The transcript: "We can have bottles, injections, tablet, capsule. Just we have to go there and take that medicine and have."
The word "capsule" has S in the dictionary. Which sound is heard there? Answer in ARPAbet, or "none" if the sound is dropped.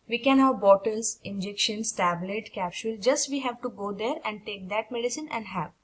SH